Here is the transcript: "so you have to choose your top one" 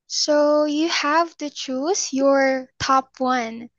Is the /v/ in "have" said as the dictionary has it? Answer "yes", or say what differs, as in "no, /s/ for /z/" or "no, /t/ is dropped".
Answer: yes